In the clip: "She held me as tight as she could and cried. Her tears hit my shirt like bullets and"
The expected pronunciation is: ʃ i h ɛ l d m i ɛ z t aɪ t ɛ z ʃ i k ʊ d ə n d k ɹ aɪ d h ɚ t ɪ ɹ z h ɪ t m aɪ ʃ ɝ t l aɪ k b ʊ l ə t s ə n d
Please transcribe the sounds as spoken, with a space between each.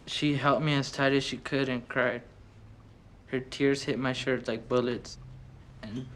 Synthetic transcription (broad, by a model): ʃ i h ɛ l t m i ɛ s t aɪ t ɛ ʃ i k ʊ d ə n k ɹ aɪ d h ɚ t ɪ ɹ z h ɪ t m aɪ ʃ ɝ t l aɪ k b ʊ l ə t s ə n